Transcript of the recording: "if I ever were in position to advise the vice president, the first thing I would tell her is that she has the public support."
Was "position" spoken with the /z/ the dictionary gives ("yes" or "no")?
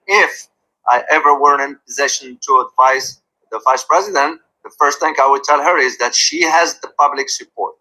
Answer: yes